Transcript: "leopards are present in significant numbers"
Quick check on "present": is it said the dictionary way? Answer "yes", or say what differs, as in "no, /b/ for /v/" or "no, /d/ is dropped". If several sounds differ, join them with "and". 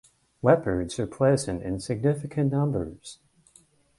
no, /l/ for /ɹ/